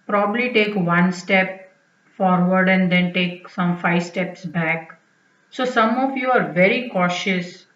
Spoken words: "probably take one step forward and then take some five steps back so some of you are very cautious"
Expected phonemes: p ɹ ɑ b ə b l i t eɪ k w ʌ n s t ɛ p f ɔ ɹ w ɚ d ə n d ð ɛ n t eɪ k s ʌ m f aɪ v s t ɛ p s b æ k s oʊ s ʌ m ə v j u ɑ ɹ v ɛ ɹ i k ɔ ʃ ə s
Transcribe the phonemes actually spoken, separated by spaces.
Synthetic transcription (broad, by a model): p ɹ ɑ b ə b l i t eɪ k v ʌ n s t ɛ p f ɔ ɹ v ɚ d ə n d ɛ n t eɪ k s ʌ m f aɪ v s t ɛ p s b æ k s oʊ s ʌ m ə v j u ɑ ɹ v ɛ ɹ i k ɔ ʃ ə s